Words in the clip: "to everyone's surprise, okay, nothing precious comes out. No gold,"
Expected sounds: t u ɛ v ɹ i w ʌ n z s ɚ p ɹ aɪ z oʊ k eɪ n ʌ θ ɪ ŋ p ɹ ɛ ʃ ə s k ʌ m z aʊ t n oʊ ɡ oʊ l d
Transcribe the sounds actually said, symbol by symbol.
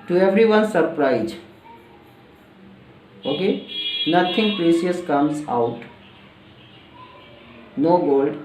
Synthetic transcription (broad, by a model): t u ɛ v ɹ i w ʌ n s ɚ p ɹ aɪ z oʊ k eɪ n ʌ t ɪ ŋ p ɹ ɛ s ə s k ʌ m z aʊ t n oʊ ɡ oʊ l d